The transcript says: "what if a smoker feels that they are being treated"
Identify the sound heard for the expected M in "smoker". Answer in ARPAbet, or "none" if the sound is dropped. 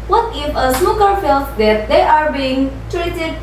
none